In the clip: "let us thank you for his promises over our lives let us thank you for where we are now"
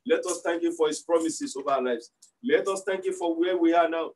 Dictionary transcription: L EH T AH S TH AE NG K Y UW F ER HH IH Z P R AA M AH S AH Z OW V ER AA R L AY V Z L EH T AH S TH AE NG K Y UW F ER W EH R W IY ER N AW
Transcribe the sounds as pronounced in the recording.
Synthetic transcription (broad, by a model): L EH T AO S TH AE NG K Y UW F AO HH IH S P R AA M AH S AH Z OW V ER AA L AY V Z L EH T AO S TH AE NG K Y UW F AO W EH W IY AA N AW